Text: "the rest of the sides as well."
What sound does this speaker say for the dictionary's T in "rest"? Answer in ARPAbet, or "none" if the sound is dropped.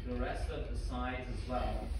T